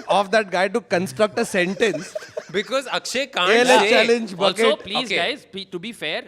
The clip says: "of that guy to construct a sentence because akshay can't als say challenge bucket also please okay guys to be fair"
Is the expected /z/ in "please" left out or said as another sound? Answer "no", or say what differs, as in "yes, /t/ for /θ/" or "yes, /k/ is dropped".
yes, /z/ is dropped